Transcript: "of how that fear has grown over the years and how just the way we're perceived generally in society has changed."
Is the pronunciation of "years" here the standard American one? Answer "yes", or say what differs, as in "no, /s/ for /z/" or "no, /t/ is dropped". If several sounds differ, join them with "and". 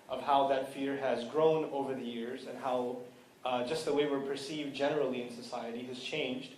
yes